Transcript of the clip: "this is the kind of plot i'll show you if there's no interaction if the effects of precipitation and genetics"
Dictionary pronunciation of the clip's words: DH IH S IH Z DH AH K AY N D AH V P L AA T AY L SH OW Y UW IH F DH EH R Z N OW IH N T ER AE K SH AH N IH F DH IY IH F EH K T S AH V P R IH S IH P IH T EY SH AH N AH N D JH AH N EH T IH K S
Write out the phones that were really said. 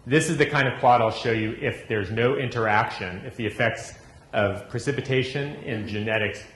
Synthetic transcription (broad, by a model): DH IH S IH Z DH AH K AY N D AH V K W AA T AY L SH OW Y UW IH F DH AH R Z N OW IH N T ER AE K SH AH N IH F DH IY IH F EH K T S AH V P R IH S IH P IH T EY SH AH N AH N JH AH N EH T IH K S